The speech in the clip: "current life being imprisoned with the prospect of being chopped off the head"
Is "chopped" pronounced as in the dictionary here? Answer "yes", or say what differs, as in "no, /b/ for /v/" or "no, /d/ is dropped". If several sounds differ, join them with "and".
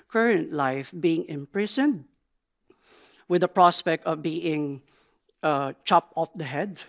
no, /t/ is dropped